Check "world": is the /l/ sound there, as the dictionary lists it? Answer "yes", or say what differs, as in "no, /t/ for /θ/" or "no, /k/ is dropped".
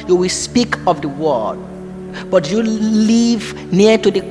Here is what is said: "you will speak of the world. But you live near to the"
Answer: no, /l/ is dropped